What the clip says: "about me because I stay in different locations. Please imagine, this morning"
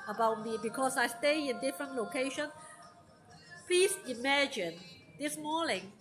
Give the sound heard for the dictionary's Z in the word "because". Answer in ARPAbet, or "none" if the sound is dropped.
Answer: S